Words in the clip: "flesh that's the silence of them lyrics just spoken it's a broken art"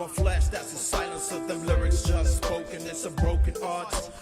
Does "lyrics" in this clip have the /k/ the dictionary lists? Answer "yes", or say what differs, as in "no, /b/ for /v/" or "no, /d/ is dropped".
yes